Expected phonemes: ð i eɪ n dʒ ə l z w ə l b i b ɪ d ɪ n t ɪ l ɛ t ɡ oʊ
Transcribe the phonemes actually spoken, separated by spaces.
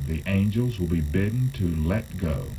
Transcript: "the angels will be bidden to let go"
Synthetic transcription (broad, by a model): ð i eɪ n dʒ ə l z w ə l b i b ɪ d n t ɪ l ɛ t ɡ oʊ